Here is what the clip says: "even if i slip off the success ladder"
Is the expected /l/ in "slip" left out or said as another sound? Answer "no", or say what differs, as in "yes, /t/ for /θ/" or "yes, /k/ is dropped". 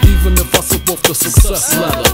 yes, /l/ is dropped